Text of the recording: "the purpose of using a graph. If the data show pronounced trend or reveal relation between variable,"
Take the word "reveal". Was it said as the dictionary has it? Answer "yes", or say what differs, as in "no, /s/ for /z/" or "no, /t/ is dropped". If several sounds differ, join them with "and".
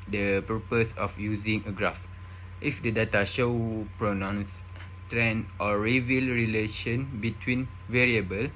yes